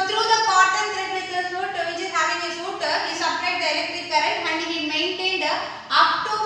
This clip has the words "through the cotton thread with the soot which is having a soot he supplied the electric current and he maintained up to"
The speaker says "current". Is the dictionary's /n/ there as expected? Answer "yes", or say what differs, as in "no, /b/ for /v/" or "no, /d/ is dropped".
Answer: no, /n/ is dropped